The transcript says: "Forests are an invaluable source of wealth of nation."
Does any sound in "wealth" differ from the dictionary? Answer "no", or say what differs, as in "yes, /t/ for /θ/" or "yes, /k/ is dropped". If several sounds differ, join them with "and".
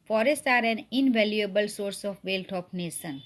yes, /t/ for /θ/